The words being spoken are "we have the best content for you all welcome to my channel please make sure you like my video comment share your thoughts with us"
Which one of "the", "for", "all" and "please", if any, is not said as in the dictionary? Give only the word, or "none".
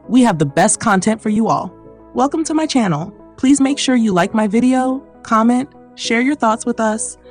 none